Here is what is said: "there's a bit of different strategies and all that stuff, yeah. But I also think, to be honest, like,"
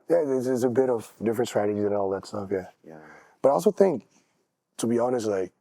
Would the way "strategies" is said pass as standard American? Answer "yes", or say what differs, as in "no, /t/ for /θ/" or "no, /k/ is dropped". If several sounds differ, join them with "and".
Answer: yes